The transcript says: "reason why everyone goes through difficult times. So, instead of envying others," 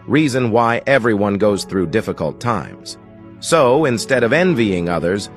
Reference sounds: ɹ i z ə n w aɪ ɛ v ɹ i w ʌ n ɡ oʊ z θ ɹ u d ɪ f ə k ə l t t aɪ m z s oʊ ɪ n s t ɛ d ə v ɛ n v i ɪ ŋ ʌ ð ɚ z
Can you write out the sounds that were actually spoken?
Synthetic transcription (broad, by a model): ɹ i z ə n w aɪ ɛ v ɹ i w ʌ n ɡ oʊ z θ ɹ u d ɪ f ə k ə l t t aɪ m z s oʊ ɪ n s t ɛ d ə v ɛ n v i ɪ ŋ ʌ ð ɚ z